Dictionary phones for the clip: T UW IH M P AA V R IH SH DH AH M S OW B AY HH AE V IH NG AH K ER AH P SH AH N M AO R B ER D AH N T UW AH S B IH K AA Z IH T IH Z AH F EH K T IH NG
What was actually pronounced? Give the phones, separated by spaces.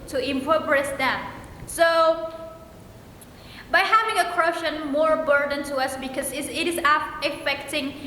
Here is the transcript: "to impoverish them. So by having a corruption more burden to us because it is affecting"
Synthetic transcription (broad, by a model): T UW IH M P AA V R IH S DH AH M S OW B AY HH AE V IH NG AH K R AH SH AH N M AO R B ER D AH N T UW AH S B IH K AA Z IH T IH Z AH F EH K T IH NG